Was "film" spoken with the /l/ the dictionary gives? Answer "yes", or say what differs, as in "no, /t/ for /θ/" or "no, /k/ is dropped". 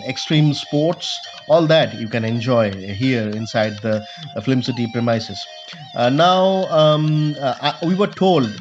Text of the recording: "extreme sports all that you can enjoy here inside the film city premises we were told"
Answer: no, /l/ is dropped